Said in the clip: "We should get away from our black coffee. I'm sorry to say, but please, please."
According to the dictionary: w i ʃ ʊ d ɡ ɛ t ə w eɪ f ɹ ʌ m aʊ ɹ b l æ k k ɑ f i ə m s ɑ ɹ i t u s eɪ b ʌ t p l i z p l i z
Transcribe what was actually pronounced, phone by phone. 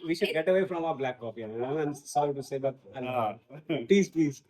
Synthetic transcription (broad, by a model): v i ʃ ʊ d ɡ ɛ t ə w eɪ f ɹ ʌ m aʊ ɹ b l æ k k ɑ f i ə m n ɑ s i t u s eɪ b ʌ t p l i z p l i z